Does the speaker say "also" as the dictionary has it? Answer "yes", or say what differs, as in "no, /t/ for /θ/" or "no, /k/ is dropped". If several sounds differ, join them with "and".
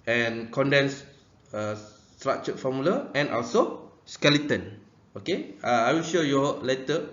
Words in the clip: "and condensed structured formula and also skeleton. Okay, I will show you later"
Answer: yes